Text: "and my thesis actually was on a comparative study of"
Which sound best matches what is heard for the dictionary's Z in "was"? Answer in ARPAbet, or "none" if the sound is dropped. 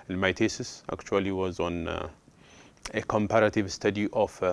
Z